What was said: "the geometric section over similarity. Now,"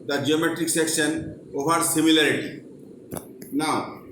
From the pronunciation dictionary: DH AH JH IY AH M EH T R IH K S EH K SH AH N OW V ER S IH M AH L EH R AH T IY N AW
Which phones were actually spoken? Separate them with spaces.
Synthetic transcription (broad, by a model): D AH JH IY AH M EH T R IH K S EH K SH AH N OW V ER S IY M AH L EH R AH T IY N AW